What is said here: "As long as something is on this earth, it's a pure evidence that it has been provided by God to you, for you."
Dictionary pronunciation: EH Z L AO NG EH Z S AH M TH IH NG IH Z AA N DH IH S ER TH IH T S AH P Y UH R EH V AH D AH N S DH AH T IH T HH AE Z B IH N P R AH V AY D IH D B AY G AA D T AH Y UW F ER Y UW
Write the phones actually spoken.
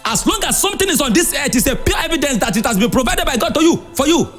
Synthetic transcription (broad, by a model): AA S L AO NG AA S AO M T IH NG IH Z AA N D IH S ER T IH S AH P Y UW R EH V AH D AH N S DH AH T IH T HH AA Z B IH N P R AH V AY D IH D B AY G AA D T AH Y UW F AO Y UW